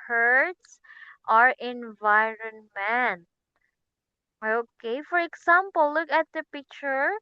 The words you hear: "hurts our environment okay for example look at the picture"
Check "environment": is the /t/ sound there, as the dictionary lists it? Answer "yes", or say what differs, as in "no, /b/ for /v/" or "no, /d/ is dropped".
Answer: no, /t/ is dropped